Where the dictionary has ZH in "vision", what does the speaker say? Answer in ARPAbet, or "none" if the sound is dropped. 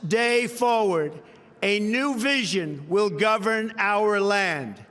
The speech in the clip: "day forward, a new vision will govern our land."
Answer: ZH